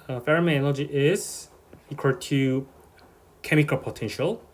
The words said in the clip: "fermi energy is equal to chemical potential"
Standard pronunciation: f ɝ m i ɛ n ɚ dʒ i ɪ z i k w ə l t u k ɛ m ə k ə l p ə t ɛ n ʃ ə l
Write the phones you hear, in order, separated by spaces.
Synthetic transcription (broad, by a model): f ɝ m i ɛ l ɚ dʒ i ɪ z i k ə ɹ t u k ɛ m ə k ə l p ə t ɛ n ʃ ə l